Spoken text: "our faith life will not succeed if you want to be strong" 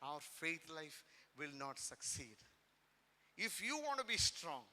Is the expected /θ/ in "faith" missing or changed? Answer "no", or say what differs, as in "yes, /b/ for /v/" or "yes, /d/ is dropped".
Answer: yes, /t/ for /θ/